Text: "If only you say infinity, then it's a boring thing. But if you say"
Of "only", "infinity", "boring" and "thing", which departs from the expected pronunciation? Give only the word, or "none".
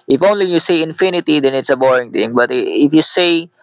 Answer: thing